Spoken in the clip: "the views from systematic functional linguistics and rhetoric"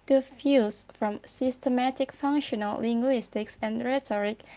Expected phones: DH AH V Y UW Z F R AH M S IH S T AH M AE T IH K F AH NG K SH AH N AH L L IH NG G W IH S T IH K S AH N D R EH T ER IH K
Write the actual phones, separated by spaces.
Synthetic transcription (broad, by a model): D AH F Y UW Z F R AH M S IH S T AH M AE T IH K F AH NG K SH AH N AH L L IH NG G W IH S T IH K S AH N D R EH T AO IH K